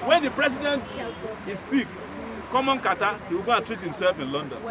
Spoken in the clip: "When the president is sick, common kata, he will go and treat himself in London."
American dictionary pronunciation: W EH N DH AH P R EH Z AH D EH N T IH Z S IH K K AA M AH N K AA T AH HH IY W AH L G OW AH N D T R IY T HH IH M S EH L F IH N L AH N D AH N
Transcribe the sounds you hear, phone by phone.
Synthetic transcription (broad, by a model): W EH N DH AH P R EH S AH D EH N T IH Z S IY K K AA M AH N K AA T AH HH IY W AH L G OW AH N T R IY T HH IH M S EH L F IH N L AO N D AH N